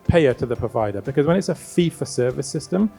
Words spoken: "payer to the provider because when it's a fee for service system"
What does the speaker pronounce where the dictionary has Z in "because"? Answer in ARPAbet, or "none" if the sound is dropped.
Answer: Z